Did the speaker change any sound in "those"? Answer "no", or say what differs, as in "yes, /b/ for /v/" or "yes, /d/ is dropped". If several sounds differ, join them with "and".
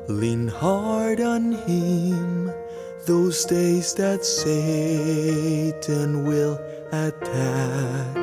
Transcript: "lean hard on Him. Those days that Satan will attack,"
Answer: no